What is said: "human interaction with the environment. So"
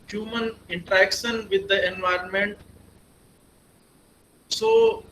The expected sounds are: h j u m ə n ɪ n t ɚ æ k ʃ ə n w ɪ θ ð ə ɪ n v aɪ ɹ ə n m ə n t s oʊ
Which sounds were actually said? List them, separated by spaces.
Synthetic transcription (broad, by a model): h j u m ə n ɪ n t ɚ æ k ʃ ə n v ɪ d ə ɪ n v aɪ ɹ ə n m ə n t s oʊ